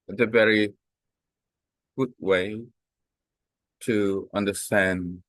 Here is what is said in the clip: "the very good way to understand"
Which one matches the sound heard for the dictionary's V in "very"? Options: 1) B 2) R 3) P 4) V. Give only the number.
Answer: 4